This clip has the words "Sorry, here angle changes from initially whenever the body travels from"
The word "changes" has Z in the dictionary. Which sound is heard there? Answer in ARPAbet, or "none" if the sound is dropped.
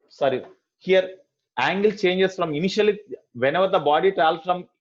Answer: S